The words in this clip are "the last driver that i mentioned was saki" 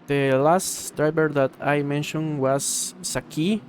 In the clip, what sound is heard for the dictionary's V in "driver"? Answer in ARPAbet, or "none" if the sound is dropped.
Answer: B